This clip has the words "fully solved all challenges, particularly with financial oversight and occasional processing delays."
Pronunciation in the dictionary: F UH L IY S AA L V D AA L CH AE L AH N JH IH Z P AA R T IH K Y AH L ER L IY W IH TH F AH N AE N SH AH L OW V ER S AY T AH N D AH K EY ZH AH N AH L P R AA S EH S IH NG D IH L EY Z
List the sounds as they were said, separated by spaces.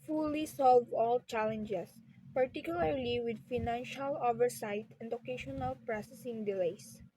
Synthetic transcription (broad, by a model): F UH L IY S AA L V AA L CH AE L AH N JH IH S P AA R T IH K Y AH L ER L IY W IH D F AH N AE N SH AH L OW V ER S AY T AH N D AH K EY SH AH N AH L P R AA S EH S IH NG D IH L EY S